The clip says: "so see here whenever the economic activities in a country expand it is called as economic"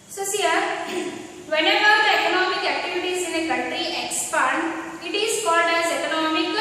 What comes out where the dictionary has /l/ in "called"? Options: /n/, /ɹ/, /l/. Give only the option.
/l/